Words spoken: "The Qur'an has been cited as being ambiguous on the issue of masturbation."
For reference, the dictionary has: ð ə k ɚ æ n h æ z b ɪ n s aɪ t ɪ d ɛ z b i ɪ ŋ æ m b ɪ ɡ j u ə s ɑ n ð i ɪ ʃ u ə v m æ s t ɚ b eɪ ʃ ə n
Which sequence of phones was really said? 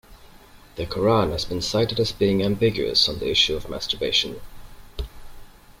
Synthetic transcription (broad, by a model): ð ə k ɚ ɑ n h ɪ z b ɪ n s aɪ t ɪ d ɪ z b i ɪ ŋ æ m b ɪ ɡ j u ə s n ð i ɪ ʃ u ə v m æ s t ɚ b eɪ ʃ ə n